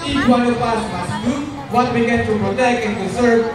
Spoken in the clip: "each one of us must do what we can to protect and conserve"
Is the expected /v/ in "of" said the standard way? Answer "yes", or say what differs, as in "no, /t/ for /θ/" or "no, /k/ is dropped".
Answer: no, /p/ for /v/